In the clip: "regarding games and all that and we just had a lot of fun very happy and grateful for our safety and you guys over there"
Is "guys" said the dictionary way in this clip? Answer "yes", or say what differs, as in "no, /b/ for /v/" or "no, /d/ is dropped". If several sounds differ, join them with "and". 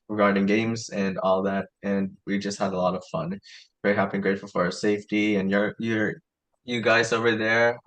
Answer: yes